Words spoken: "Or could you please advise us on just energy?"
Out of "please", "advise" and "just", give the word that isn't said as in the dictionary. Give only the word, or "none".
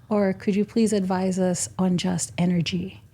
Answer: none